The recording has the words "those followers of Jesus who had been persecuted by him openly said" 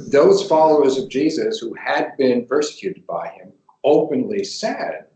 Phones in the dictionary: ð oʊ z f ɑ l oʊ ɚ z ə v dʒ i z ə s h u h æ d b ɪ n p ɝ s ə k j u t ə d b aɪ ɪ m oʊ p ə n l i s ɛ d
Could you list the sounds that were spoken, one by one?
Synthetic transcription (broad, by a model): ð oʊ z f ɑ l oʊ ɚ z ə v dʒ i z ə s h u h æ d b ɪ n p ɝ s ə k j u t ə d b aɪ ɪ m oʊ p ə n l i s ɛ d